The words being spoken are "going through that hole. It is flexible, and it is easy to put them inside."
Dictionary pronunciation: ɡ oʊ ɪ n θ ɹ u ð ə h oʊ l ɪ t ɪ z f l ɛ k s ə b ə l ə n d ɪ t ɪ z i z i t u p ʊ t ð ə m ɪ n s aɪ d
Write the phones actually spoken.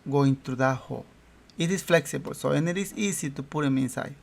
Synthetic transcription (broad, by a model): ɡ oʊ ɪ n t ɹ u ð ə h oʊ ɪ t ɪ s f l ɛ k s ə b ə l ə n ɪ t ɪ s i s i t u p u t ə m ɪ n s aɪ